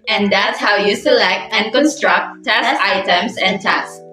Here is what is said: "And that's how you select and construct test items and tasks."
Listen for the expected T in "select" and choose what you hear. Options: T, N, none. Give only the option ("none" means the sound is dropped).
T